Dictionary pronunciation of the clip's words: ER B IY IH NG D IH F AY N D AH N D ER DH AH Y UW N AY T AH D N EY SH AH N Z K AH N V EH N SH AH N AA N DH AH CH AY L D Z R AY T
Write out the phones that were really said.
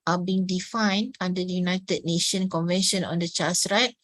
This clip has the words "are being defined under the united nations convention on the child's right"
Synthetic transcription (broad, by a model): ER B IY NG D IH F AY N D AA N D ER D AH Y UW N AY T AH D N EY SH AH N K AH N V EH N SH AH N AA N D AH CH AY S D R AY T